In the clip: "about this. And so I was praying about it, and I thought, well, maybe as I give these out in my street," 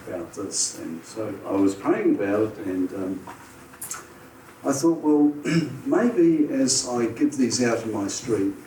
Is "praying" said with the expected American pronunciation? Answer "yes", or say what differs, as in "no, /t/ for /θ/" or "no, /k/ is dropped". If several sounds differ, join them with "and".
no, /ɹ/ is dropped